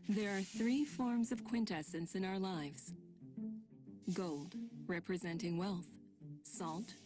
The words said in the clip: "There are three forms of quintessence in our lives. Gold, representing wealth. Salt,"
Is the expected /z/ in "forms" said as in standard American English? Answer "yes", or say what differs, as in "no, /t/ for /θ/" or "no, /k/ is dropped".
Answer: yes